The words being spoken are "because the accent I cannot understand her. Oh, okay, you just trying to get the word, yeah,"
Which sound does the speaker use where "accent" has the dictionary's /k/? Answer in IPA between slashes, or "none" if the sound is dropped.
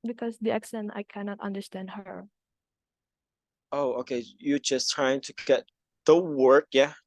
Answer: /k/